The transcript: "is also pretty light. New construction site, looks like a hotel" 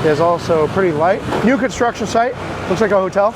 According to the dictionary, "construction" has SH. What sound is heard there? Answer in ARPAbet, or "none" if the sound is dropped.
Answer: SH